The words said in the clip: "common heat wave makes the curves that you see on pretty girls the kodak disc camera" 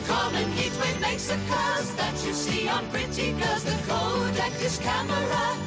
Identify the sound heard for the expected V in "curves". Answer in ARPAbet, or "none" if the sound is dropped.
none